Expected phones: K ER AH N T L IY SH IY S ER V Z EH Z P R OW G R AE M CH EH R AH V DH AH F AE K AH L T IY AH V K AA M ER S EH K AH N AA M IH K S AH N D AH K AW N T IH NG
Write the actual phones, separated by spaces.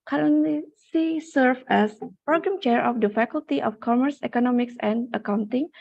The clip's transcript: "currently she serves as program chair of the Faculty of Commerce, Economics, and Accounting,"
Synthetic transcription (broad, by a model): K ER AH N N L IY S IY S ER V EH S P R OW G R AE M CH EH R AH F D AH F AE K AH L T IY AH F K AA M ER S EH K AH N AA M IH K S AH N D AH K AW N T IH NG